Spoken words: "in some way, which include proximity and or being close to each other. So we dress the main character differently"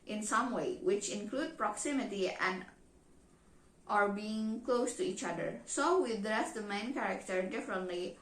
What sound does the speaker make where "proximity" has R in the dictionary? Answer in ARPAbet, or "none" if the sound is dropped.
R